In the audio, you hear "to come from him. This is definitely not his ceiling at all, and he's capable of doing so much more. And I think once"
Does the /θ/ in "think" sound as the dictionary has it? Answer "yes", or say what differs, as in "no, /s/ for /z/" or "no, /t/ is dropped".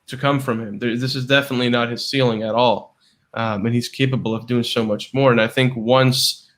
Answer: yes